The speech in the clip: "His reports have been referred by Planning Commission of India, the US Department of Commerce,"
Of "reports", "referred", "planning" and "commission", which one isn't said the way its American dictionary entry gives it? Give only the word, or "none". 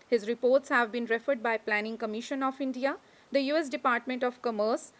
none